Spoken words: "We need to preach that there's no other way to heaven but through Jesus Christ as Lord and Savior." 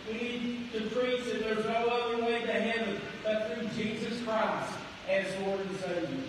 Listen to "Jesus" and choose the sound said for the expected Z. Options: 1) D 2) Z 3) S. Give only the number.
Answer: 2